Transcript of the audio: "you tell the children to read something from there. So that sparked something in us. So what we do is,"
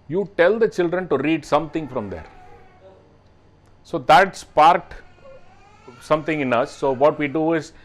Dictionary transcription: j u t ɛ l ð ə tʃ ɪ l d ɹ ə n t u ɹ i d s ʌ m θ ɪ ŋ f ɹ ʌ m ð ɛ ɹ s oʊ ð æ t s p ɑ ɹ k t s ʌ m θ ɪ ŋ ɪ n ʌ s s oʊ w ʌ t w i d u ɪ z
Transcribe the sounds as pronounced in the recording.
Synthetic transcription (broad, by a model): j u t ɛ l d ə tʃ ɪ l d ɹ ə n t u ɹ i d s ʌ m t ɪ ŋ f ɹ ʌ m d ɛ ɹ s oʊ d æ t s p ɑ ɹ t s ʌ m t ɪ ŋ ɪ n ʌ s s oʊ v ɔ t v i d u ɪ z